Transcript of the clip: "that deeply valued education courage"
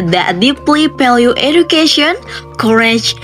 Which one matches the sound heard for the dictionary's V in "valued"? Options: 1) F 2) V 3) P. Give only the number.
3